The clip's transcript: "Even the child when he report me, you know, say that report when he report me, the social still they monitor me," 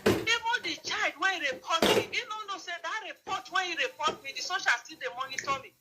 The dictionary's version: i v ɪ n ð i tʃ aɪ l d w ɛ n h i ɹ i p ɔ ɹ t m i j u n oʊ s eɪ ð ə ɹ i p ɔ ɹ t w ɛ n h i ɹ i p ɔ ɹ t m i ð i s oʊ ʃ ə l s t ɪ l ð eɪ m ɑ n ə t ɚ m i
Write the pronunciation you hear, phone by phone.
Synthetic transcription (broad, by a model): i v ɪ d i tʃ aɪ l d w ɛ n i ɹ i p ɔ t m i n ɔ n oʊ s eɪ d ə ɹ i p ɔ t w ɛ n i ɹ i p ɔ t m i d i s oʊ ʃ ə l s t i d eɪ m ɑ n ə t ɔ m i